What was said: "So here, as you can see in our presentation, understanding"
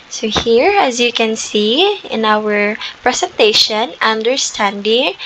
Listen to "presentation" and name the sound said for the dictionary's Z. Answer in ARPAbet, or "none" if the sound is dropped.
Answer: S